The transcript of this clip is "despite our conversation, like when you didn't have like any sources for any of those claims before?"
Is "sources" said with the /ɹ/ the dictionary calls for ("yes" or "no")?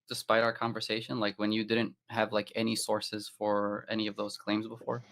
yes